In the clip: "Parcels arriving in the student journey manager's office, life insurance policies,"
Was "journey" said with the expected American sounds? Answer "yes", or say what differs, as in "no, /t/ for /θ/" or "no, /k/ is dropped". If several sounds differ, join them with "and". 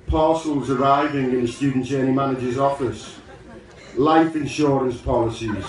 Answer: no, /tʃ/ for /dʒ/